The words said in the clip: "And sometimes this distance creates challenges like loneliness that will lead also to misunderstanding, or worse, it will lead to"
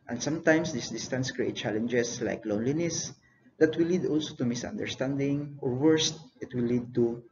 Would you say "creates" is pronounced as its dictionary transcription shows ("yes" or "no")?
no